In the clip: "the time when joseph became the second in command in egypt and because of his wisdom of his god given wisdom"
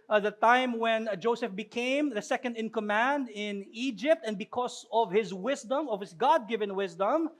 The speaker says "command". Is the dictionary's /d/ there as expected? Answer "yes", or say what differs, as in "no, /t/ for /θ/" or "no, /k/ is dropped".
yes